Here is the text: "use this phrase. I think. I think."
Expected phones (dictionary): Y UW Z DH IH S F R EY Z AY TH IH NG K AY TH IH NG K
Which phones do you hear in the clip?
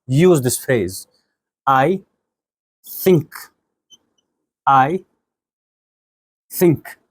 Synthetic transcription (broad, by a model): Y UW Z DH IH S F EY Z AY TH IH NG K AY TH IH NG K